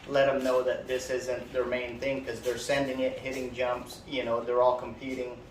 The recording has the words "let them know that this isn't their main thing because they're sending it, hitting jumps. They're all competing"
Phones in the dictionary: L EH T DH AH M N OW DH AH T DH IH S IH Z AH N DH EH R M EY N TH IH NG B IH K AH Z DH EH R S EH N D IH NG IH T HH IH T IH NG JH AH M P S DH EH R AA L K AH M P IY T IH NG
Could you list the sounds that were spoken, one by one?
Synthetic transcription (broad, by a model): L EH T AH M N OW DH AH T DH IH S IH Z AH N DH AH R M EY N TH IH NG K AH Z DH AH R S EH N D IH NG IH T HH IH T IH NG JH AH M P S DH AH R AA L K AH M P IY T IH NG